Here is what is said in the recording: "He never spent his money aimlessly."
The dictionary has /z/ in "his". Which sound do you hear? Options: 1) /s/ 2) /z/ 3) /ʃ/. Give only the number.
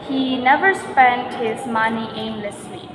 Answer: 2